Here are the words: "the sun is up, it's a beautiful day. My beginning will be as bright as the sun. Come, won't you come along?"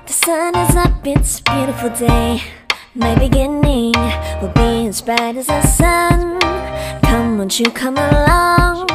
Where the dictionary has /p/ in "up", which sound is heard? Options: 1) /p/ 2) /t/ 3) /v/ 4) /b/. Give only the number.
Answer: 4